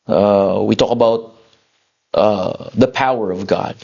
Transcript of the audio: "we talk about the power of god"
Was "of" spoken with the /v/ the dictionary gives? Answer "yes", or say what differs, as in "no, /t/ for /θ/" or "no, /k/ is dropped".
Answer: yes